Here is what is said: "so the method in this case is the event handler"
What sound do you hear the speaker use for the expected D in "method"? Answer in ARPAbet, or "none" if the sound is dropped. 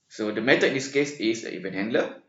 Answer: none